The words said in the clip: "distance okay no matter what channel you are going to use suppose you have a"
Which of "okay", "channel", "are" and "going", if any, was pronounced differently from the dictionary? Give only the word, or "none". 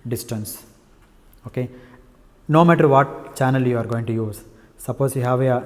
none